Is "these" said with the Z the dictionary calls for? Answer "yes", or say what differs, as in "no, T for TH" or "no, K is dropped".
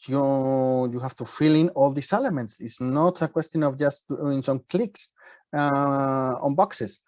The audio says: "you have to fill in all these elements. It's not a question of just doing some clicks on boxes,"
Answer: no, S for Z